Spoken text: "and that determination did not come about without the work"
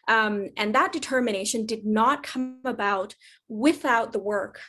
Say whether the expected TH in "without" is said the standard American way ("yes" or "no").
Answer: yes